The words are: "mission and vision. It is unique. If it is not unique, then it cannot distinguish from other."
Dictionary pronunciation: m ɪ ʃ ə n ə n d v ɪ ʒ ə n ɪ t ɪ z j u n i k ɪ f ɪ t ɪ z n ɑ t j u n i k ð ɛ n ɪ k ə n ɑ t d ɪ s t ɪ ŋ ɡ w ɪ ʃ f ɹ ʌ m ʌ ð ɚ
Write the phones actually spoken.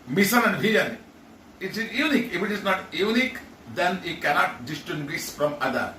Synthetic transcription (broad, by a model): m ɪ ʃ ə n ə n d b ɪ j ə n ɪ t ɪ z j u n i k ɪ f ɪ t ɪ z n ɑ t j u n i k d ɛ n ɪ k ə n ɑ t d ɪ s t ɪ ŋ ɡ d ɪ s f ɹ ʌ m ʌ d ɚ